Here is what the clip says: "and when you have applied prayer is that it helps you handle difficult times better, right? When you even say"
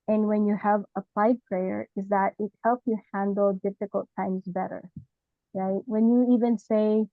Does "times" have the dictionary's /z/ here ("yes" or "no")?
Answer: yes